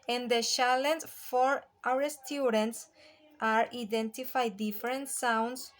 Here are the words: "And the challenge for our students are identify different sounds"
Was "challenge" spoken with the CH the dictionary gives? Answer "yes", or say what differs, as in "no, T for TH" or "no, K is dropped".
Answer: no, SH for CH